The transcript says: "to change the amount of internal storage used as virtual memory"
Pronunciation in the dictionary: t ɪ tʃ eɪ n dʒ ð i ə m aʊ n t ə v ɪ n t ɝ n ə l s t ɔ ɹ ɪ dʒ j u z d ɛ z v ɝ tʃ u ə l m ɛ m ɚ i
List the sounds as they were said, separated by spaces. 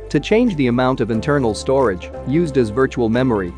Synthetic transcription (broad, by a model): t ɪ tʃ eɪ n dʒ ð i ə m aʊ n t ə v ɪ n t ɝ n l s t ɔ ɹ ɪ dʒ j u z d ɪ z v ɝ tʃ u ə l m ɛ m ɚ i